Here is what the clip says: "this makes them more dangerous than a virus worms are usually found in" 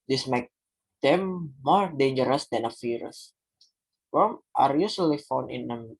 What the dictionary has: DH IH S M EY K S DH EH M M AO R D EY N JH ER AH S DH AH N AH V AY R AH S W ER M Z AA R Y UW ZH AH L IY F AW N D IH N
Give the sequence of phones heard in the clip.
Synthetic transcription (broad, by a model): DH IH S M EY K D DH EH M M AO R D EY N JH ER AH S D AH N AH F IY R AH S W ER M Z AA R Y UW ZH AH L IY F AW N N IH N